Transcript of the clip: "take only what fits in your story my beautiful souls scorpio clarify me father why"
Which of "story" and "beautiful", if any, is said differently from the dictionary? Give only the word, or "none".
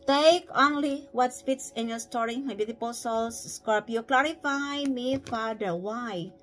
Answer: beautiful